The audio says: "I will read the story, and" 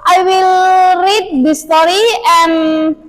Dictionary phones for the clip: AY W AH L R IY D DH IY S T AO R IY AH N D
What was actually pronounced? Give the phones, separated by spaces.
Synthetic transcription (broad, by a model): AY W AH L R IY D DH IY S T AO R IY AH N